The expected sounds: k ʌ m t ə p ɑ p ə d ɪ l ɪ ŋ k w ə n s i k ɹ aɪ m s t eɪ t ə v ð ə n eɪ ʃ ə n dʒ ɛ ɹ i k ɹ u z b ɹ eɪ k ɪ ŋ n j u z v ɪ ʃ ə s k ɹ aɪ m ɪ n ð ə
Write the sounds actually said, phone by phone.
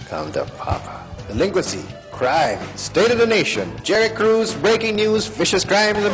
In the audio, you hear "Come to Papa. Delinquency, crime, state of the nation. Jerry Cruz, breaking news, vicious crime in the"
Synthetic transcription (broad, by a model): k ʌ m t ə p ɑ p ə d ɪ l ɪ ŋ k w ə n s i k ɹ aɪ m s t eɪ t ə v ð ə n eɪ ʃ ə n dʒ ɛ ɹ i k ɹ u z b ɹ eɪ k ɪ ŋ n j u z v ɪ ʃ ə s k ɹ aɪ m ɪ n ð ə